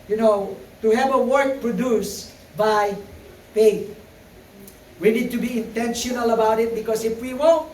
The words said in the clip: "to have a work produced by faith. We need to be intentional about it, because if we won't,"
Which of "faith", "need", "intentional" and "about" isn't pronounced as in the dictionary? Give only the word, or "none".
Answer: faith